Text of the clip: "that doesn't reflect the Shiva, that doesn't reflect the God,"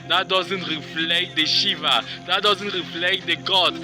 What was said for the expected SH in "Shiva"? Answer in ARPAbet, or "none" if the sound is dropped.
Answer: SH